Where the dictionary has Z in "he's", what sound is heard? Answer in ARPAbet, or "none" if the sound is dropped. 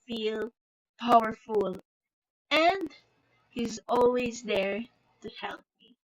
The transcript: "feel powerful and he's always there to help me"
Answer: Z